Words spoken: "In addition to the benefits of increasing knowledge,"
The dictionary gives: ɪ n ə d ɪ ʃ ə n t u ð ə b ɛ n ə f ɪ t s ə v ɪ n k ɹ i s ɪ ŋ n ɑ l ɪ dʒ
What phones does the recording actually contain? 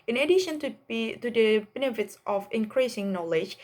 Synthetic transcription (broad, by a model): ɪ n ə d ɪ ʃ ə n t u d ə b ɛ n ə f ɪ t s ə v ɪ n k ɹ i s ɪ ŋ n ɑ l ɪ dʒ